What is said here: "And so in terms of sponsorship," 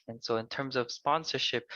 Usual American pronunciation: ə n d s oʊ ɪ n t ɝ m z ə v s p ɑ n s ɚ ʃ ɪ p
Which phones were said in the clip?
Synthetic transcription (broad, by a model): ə n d s oʊ ɪ n t ɝ m z ə v s p ɑ n s ɚ ʃ ɪ p